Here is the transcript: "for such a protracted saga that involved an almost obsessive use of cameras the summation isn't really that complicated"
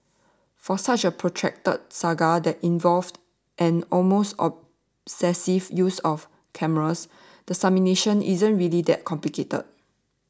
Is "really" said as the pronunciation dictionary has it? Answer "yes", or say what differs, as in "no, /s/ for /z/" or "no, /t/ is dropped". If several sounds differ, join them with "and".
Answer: yes